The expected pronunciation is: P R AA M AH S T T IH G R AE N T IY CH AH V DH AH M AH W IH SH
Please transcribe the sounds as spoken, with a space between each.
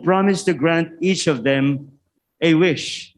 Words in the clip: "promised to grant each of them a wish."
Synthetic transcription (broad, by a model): P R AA M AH S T T IH G R AE N T IY CH AH V DH AH M AH W IH SH